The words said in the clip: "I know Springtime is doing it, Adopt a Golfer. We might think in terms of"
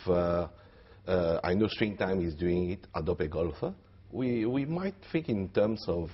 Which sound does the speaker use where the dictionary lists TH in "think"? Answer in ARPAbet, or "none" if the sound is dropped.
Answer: F